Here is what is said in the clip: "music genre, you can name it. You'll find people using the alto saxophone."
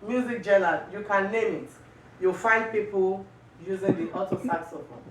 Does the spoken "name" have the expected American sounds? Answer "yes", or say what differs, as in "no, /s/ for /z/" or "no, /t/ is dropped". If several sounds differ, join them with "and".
no, /l/ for /n/